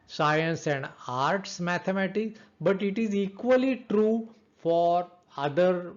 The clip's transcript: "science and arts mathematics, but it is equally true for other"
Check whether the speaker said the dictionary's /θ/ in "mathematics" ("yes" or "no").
no